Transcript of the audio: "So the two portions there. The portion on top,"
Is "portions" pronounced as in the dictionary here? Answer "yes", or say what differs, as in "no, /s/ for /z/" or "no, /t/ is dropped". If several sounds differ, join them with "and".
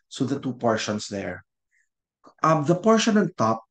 no, /s/ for /z/